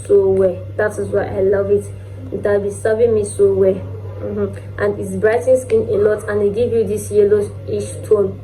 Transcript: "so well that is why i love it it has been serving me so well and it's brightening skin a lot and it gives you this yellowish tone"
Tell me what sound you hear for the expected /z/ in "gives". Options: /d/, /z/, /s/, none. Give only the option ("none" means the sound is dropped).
none